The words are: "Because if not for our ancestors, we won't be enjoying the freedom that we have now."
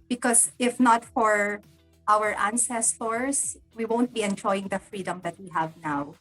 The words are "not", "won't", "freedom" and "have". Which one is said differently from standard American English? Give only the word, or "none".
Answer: none